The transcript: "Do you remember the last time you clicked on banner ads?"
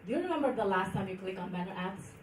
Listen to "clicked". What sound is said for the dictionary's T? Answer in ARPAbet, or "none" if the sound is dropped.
none